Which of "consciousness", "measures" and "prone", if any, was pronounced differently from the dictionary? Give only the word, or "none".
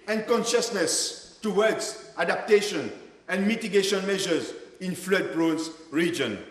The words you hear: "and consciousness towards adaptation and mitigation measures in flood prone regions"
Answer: prone